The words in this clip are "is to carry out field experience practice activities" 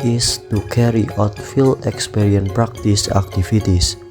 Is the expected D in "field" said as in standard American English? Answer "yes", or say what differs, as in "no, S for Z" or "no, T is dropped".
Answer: no, D is dropped